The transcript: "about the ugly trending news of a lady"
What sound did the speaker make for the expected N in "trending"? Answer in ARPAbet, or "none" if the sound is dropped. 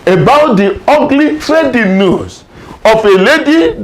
none